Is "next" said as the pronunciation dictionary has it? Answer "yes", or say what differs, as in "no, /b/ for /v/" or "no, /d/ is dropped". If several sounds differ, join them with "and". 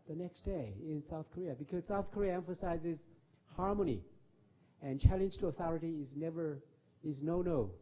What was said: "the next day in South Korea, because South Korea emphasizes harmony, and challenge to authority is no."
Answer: yes